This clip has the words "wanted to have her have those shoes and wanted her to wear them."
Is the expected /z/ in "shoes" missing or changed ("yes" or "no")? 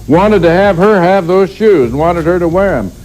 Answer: no